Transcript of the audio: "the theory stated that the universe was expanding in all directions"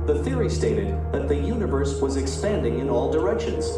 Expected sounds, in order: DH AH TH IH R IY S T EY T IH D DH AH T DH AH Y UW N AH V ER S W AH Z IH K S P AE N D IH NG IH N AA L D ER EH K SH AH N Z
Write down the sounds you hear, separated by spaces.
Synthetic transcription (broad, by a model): DH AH TH IH R IY S T EY T IH D DH AH T DH AH Y UW N AH V ER S W AH Z IH K S P AE N D IH NG IH N AA L D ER EH K SH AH N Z